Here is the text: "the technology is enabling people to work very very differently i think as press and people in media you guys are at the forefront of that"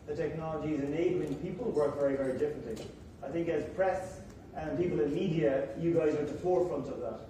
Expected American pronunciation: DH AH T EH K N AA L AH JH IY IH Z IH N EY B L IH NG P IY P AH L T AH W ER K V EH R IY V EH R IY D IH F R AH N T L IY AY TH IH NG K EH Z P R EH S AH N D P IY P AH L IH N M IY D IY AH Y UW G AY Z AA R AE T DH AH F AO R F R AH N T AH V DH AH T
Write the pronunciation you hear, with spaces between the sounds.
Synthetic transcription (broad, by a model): DH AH T EH K N AA L AH JH IY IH Z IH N EY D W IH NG P IY P AH L W ER K V EH R IY V EH R IY D IH F R AH N T L IY AY TH IH NG K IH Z P R EH S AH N P IY P AH L IH N M IY D IY AH Y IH G AY Z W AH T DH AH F AO R F R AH N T AH V DH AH T